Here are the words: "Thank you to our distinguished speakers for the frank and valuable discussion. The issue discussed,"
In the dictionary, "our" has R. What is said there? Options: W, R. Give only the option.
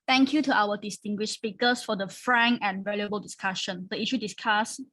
W